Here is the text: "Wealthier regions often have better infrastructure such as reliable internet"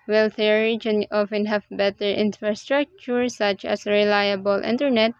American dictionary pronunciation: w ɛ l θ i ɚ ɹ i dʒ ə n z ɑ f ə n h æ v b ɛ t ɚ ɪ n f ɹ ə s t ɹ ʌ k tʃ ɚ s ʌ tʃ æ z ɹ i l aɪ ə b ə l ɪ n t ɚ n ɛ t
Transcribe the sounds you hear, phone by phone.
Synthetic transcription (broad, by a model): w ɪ l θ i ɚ ɹ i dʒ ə n ɑ f ə n h æ v b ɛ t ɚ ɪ n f ɹ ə s t ɹ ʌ k tʃ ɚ s ʌ tʃ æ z ɹ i l aɪ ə b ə l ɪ n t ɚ n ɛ t